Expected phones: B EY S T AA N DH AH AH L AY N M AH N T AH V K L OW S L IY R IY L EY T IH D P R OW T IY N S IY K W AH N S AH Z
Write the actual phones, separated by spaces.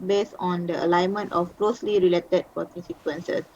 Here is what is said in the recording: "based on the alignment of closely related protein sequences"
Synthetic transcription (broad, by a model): B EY S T AA N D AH AH L AY N M AH N T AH F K L OW S L IY R IY L EY T IH D P OW T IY S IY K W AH N S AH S